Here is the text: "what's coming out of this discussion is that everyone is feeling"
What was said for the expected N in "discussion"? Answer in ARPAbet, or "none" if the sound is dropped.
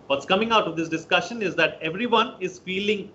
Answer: N